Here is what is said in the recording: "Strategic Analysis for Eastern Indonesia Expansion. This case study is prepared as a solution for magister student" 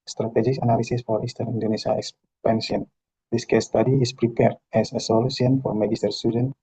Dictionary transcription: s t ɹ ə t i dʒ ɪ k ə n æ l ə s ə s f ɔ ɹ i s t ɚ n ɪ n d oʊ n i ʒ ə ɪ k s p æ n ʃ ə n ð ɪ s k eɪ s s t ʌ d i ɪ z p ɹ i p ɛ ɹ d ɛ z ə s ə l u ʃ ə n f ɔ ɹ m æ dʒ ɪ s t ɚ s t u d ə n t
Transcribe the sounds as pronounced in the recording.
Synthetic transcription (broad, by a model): s t ɹ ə t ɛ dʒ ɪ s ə n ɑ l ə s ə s f ɔ ɹ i s t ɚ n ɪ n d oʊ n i s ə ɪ k s p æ n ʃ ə n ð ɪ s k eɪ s s t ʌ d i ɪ s p ɹ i p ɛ ɹ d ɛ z ə s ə l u s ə n f ɔ ɹ m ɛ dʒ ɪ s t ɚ s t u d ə n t